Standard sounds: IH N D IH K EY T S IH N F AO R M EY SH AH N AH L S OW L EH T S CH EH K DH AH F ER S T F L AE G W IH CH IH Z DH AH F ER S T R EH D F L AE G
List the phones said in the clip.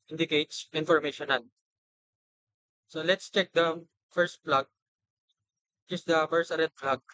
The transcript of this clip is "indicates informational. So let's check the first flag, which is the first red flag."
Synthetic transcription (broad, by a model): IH N D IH K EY T S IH N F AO R M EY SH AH N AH N S OW L EH T S CH EH K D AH F ER S T P L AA G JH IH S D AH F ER S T R EH D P L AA G